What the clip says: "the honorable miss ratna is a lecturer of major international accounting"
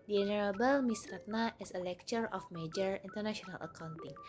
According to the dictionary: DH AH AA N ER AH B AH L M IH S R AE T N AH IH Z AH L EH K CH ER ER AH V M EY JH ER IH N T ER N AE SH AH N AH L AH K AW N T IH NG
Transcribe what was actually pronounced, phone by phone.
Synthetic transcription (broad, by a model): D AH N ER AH B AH L M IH S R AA T N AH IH S AH L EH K CH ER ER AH F M EY JH ER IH N T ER N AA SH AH N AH L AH K AW N T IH NG